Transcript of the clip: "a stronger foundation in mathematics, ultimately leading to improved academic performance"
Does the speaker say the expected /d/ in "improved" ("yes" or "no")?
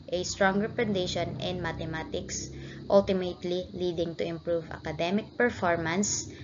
no